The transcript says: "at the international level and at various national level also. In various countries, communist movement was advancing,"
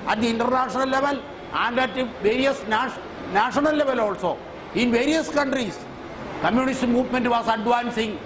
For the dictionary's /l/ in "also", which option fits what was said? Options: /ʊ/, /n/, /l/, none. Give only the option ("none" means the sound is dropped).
/l/